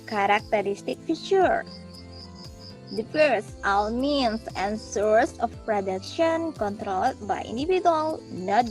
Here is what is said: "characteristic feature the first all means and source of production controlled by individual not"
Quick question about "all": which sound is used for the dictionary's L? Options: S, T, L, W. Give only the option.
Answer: W